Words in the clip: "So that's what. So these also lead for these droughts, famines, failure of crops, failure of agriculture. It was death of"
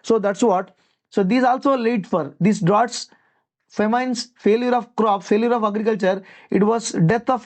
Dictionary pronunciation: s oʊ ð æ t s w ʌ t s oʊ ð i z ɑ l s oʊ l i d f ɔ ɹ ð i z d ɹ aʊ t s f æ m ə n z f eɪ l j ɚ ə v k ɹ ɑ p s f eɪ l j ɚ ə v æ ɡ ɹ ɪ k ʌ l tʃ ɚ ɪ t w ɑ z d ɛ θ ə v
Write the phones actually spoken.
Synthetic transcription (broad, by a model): s oʊ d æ t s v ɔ t s oʊ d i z ɑ l s oʊ l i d f ɔ ɹ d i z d ɹ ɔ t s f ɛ m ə n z f eɪ l j ɚ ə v k ɹ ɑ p f eɪ l j ɚ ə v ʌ ɡ ɹ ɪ k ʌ l tʃ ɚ ɪ t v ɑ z d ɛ t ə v